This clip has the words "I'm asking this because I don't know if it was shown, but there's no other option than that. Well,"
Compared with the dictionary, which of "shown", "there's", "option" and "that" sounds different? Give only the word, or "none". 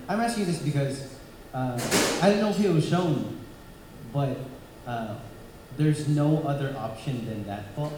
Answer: none